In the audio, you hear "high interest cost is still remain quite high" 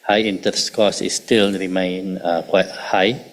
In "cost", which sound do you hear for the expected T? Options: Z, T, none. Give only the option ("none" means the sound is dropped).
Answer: none